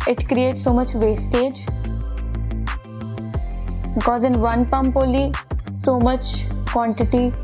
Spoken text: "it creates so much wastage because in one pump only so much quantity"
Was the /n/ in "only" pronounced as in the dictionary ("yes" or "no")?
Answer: no